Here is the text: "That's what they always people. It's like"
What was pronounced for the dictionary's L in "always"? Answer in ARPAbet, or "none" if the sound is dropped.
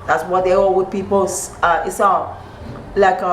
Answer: none